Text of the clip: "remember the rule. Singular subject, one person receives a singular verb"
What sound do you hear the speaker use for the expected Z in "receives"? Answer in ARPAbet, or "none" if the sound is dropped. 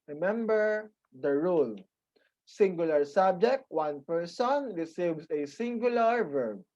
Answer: S